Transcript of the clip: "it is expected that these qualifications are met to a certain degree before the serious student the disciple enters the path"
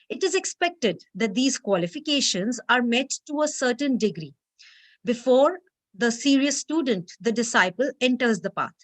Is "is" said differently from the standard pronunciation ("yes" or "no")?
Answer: no